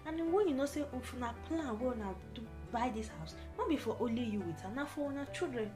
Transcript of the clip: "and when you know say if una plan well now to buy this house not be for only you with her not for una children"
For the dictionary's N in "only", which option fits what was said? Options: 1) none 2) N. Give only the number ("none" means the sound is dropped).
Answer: 1